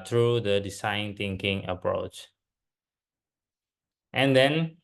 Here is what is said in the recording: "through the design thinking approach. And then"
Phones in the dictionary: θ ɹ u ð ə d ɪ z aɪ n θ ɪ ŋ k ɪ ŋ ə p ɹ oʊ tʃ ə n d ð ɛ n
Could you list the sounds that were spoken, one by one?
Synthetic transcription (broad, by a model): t ɹ u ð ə d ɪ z aɪ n t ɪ ŋ k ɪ ŋ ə p ɹ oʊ tʃ ə n d ɛ n